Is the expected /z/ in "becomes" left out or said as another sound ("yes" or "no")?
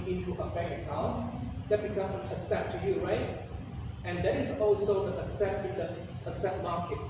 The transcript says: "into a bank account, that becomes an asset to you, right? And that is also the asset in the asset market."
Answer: yes